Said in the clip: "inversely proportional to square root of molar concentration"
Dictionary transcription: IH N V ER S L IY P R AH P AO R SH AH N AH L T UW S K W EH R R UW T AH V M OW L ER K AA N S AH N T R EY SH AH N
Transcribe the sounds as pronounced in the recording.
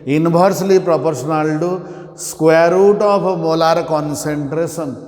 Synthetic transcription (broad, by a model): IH N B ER S L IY P R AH P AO R S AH N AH L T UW S K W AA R R UW T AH P M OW L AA K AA N S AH N T R EY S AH N